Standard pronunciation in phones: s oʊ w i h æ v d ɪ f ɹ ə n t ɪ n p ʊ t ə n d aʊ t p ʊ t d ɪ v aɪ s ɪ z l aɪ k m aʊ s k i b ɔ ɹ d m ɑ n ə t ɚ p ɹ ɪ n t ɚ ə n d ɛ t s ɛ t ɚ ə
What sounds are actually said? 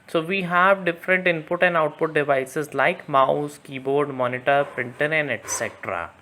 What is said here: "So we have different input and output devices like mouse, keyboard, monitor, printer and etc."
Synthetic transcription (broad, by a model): s oʊ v i h æ v d ɪ f ɹ ə n t ɪ n p ʊ t ə n d aʊ t p ʊ t d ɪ v aɪ s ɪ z l aɪ k m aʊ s k i b ɔ ɹ d m ɑ n ə t ɚ p ɹ ɪ n t ɚ ə n d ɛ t s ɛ t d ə